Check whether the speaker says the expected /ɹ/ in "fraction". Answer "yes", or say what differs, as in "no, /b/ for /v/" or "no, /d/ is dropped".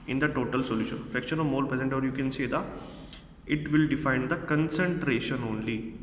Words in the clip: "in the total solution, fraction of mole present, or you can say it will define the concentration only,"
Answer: no, /ɹ/ is dropped